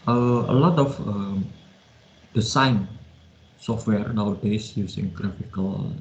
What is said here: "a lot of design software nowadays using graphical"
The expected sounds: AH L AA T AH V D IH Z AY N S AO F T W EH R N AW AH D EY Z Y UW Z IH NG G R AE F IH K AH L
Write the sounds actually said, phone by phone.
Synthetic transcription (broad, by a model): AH L AA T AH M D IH S AY N S AO F T W EH R N AW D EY S Y UW S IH NG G R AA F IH K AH L